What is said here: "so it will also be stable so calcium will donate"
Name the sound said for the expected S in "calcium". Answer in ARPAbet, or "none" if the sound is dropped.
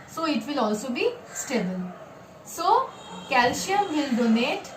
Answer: SH